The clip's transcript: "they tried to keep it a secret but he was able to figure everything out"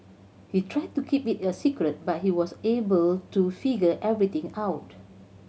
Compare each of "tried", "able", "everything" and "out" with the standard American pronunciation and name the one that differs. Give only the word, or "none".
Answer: everything